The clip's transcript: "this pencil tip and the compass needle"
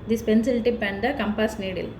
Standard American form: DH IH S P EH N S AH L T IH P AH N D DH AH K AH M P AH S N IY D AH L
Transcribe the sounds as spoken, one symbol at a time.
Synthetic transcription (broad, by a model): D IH S P EH N S AH L T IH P AH N D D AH K AH M P AH S N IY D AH L